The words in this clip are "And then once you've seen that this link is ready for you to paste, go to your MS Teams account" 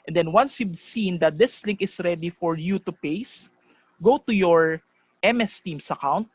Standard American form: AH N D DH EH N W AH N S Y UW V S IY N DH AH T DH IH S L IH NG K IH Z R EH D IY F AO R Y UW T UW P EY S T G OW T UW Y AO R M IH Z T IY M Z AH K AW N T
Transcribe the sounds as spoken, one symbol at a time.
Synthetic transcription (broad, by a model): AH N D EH N W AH N S Y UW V S IY N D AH T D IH S L IH NG K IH S R EH D IY F AO R Y UW T UW P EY S G OW T UW Y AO R M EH S T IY M S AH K AW N T